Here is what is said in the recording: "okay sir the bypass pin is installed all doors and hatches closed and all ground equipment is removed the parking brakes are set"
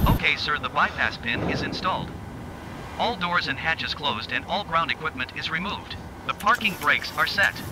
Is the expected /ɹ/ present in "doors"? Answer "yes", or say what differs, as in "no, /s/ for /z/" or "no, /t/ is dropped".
yes